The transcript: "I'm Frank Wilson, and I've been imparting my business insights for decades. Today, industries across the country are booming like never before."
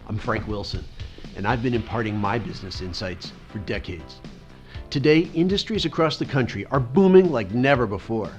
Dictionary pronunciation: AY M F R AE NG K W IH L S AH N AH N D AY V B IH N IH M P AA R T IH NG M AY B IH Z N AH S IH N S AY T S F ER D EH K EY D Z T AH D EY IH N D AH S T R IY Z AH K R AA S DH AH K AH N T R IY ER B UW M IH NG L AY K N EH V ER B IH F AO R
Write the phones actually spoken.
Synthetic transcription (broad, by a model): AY M F R AE NG K W IH L S AH N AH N AY V B IH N IH M P AA R T IH NG M AY B IH Z N AH S IH N S AY T S F ER D EH K EY D Z T AH D EY IH N D AH S T R IY Z AH K R AA S DH AH K AH N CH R IY ER B UW M IH NG L AY K N EH V ER B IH F AO R